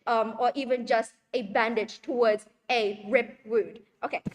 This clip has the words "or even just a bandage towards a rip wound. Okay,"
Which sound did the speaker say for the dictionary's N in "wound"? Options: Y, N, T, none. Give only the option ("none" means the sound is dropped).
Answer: none